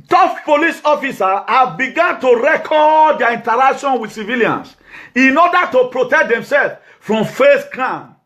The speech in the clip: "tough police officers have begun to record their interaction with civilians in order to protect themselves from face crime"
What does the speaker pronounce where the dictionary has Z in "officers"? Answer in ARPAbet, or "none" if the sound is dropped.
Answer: none